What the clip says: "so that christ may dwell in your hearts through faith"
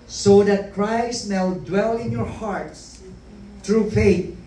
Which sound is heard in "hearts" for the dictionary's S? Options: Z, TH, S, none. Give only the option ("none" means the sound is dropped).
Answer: S